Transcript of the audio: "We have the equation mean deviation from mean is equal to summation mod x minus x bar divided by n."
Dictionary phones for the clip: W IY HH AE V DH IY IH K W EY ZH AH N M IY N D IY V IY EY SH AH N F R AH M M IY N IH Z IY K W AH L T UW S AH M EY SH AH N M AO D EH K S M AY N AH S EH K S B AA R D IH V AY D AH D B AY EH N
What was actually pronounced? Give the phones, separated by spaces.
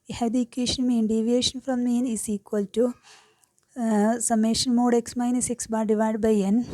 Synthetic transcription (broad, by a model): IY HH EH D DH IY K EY SH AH N M IY N D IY V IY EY SH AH N F R AH M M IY N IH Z IY K W AH L T UW S AH M EY SH AH N M AO D EH K S M AY N AH S EH K S B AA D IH V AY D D B AY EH N